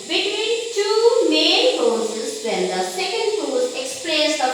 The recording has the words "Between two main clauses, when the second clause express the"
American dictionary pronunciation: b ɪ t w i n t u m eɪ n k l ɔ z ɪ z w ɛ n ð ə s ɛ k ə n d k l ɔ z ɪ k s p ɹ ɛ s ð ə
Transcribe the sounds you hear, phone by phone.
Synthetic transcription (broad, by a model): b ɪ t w i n t u m eɪ n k ɔ s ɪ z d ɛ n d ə s ɛ k ə n d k ɔ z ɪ k s p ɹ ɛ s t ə